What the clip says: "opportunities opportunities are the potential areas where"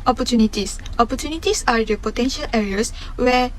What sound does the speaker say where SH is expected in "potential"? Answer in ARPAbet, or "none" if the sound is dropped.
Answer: SH